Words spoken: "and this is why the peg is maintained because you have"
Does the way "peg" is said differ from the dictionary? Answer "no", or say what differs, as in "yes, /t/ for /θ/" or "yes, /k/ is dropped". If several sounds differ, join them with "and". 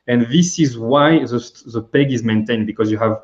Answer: no